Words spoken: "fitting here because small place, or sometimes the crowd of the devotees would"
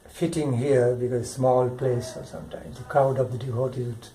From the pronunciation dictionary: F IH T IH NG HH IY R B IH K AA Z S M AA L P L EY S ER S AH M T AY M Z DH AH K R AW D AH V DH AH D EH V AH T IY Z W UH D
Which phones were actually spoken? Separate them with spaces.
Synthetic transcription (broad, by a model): F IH T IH NG HH IY R B IH K AA Z S M AA L P L EY S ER S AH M T AY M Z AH K AW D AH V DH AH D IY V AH T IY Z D